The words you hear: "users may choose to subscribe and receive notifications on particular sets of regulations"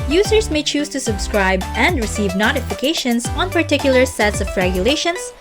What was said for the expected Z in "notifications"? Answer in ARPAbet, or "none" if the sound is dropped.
S